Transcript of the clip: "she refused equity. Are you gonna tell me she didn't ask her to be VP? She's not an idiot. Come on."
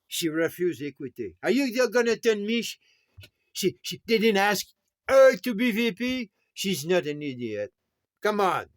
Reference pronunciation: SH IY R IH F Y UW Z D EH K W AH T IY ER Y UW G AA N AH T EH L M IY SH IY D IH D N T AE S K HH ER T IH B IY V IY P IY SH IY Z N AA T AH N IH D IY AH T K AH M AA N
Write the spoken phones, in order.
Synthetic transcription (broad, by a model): SH IY R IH F Y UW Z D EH K W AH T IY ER Y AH G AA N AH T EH N M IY SH IY D IH D N T AE S K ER T IH B IY V IY P IY SH IY Z N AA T AH N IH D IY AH T K AH M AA N